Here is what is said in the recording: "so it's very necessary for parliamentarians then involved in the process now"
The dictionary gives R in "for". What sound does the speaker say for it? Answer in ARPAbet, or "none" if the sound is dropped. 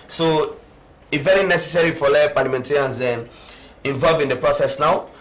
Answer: L